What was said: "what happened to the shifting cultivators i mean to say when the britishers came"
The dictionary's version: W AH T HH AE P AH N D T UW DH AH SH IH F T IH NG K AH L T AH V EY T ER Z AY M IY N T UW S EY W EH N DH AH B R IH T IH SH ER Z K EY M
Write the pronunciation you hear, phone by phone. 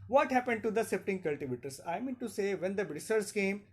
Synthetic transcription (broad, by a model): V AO T HH AE P AH N D T UW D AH S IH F T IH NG K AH L T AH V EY T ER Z AY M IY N T UW S EY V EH N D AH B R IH S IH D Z K EY M